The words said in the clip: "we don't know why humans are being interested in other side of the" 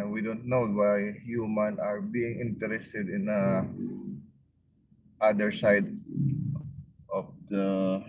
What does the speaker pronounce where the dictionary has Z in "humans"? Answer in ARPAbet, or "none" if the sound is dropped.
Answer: none